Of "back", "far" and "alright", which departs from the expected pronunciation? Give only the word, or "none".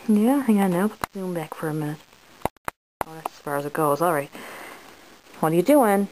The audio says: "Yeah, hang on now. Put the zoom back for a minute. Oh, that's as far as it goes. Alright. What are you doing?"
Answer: none